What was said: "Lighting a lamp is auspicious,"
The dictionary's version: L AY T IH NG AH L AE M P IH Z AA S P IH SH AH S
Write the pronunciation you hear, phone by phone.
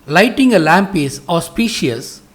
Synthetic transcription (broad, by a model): L AY T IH NG AH L AE M P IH S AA S P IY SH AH S